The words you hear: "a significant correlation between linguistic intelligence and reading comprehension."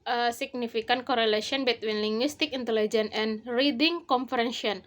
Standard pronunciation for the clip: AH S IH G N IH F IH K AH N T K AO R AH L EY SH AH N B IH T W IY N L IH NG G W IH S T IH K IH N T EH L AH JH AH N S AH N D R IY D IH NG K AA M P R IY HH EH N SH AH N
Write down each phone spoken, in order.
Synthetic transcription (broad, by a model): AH S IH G N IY F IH K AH N K AO R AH L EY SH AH N B IH T W IY N L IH NG G W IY S T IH K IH N T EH L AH JH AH N AH N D R IY D IH NG K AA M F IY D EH N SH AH N